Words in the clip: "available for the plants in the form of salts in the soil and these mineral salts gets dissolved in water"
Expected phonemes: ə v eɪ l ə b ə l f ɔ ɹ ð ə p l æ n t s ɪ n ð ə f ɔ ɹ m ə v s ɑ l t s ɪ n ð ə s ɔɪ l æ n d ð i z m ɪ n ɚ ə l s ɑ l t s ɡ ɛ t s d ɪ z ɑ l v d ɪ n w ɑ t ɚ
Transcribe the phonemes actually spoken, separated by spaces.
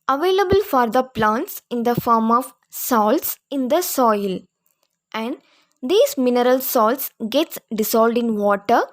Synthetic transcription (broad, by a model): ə v eɪ l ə b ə l f ɔ ɹ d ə p l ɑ n t s ɪ n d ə f ɔ ɹ m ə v s ɑ l t s ɪ n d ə s ɔɪ l æ n d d i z m ɪ n ɚ ə l s ɑ l t s ɡ ɛ t s d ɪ s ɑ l d ɪ n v ɑ t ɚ